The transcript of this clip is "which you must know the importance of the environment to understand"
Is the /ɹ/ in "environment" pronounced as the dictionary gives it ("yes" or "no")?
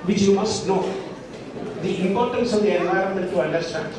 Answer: no